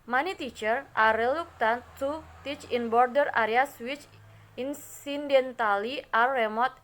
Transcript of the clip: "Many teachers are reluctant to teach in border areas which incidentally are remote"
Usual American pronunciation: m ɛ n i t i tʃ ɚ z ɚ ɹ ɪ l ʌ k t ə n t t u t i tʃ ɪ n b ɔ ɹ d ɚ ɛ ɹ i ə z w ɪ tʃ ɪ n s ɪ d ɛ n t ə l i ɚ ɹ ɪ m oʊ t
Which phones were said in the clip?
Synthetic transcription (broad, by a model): m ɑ n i t i tʃ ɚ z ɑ ɹ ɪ l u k t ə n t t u t i tʃ ɪ n b ɔ ɹ d ɚ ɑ ɹ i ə s w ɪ tʃ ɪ n s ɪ d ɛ n t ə l i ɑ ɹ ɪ m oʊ t